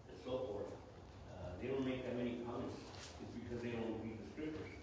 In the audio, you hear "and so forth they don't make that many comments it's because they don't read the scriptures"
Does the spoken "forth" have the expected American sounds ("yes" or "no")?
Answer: yes